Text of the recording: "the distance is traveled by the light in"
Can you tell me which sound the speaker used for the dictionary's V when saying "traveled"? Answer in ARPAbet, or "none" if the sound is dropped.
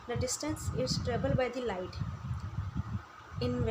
B